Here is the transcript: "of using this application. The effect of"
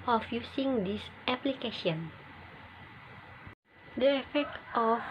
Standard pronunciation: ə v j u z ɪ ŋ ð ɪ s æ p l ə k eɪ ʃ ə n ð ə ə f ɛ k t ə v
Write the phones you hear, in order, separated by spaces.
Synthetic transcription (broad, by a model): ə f j u s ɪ ŋ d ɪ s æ p l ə k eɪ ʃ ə n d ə ə f ɛ k t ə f